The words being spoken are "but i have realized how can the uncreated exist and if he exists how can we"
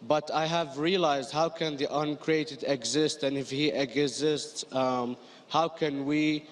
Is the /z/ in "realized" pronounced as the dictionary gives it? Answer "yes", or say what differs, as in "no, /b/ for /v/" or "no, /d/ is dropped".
yes